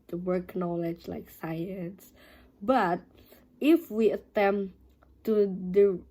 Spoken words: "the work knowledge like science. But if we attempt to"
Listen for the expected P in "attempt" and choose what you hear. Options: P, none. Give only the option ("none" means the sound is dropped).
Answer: none